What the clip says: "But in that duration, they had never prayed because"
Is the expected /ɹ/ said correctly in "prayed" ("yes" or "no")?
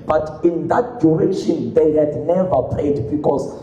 no